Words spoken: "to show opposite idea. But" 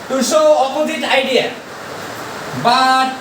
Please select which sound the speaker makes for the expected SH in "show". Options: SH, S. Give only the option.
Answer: S